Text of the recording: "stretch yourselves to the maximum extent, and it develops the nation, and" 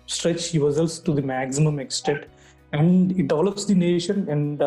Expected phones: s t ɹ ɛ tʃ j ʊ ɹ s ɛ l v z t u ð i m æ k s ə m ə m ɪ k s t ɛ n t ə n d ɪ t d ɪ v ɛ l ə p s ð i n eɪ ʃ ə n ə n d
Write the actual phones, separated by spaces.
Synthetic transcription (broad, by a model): s t ɹ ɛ tʃ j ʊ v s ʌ l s t u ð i m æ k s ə m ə m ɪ k s t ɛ t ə n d ɪ t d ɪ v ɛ l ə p s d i n eɪ ʃ ə n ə n d